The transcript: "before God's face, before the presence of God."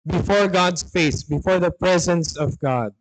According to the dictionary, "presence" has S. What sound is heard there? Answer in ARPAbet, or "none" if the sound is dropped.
S